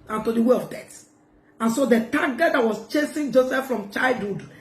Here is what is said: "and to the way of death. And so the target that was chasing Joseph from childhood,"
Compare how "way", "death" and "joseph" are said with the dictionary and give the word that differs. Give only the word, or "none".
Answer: death